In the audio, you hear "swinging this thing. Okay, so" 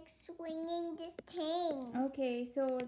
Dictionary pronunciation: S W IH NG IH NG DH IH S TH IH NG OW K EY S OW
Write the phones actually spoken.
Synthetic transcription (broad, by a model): S W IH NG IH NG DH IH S T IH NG OW K EY S OW